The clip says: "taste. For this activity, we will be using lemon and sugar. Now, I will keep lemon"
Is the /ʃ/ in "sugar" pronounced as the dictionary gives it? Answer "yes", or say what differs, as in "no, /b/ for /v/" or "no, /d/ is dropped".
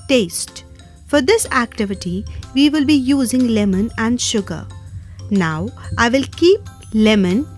yes